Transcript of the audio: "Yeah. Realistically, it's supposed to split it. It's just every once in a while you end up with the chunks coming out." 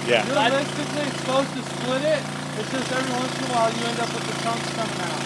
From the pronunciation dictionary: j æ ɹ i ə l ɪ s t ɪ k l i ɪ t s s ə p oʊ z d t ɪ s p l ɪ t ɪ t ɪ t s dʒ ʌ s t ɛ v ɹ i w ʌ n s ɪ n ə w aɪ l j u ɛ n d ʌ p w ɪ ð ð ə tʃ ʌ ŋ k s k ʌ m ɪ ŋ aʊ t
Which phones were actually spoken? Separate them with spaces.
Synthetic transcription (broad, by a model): j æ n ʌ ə ɪ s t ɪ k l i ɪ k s s p oʊ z t ɪ s p l ɪ t ɪ t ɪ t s dʒ ʌ s t ɛ v ɹ i w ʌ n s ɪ ə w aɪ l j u ɛ n d ʌ p w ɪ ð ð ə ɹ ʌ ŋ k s k ʌ m ɪ ŋ aʊ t